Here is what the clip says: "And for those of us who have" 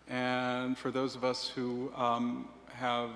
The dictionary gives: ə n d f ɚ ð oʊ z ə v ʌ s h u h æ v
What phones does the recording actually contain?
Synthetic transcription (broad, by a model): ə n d f ɚ ð oʊ z ə v ʌ s h u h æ v